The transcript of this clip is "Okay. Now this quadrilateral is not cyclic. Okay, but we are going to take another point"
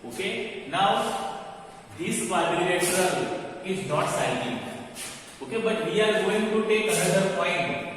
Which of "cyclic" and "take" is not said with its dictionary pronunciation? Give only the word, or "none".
cyclic